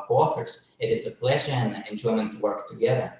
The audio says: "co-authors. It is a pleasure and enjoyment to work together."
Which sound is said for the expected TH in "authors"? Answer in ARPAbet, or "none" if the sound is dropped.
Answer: F